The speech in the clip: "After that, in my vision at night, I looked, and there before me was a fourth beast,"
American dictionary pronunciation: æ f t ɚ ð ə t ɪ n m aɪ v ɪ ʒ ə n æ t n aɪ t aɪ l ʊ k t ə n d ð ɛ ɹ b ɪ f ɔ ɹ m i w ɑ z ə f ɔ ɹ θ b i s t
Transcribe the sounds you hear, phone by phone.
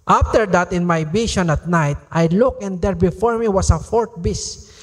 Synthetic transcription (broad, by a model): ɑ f t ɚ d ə t ɪ n m aɪ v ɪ ʃ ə n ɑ t n aɪ t aɪ l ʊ k ə n d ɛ ɹ b ɪ f ɔ ɹ m i w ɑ s ə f ɔ ɹ t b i s